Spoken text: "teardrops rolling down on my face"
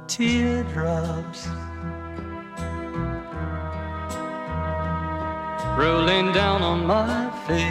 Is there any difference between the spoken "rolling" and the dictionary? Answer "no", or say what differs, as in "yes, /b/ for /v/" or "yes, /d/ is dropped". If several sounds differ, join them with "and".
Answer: no